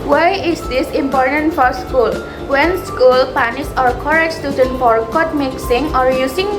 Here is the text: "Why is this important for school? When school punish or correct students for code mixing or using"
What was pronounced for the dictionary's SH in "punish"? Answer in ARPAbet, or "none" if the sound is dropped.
S